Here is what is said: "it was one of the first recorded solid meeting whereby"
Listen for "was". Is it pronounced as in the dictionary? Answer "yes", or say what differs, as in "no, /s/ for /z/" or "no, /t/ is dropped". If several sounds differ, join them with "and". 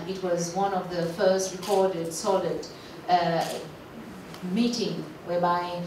yes